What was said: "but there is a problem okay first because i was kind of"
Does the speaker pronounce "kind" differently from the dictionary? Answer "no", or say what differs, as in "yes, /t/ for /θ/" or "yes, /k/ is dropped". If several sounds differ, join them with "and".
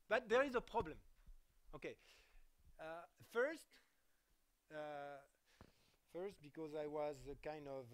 no